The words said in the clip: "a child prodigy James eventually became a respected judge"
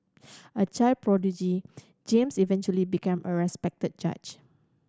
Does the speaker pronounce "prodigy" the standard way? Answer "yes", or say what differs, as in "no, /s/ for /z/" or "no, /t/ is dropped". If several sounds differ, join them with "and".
yes